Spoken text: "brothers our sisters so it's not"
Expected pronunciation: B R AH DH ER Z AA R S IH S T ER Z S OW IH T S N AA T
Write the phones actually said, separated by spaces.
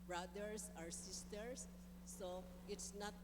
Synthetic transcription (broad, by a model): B R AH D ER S AA R S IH S T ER S OW IH T S N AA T